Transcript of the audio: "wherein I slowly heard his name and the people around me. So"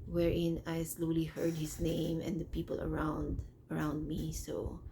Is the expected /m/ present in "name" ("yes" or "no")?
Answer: yes